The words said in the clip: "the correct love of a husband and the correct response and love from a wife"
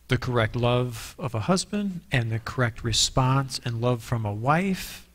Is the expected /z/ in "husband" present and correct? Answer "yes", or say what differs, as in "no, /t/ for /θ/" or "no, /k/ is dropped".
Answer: yes